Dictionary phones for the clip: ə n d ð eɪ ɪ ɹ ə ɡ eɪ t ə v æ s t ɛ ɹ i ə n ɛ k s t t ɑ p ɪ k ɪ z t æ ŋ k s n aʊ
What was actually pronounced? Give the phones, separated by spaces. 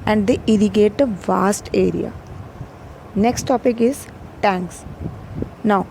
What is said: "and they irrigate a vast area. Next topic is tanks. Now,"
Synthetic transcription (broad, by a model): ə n d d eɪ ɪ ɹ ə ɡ eɪ t ə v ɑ s t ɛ ɹ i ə n ɛ k s t t ɑ p ɪ k ɪ z t æ ŋ k s n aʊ